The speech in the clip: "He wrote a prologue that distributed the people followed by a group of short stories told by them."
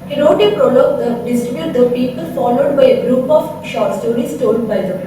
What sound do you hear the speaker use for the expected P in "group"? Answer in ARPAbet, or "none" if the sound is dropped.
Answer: P